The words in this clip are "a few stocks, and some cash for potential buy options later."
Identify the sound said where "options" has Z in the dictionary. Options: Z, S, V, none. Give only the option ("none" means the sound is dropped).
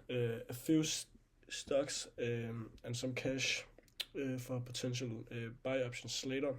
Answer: S